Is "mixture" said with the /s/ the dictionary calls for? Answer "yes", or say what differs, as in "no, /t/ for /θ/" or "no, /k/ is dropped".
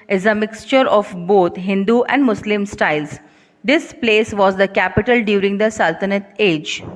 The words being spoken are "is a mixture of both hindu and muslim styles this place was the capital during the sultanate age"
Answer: yes